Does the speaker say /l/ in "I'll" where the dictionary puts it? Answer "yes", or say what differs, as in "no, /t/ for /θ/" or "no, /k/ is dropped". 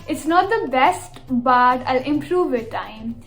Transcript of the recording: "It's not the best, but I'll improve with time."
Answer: yes